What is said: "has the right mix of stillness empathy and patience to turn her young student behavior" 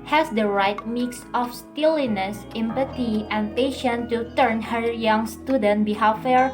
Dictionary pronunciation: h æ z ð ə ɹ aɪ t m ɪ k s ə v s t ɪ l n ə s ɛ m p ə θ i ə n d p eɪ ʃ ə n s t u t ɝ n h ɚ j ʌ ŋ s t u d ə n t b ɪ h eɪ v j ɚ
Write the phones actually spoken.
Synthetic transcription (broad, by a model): h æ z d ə ɹ aɪ t m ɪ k s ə f s t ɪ l n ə s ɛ m p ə t i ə n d p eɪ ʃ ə n t u t ɝ n h ɚ j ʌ ŋ s t u d ə n t b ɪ h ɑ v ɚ